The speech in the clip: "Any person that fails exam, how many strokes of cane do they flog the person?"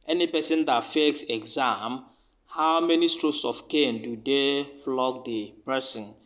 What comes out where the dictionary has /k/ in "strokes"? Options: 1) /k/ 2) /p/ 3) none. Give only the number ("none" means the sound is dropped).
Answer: 3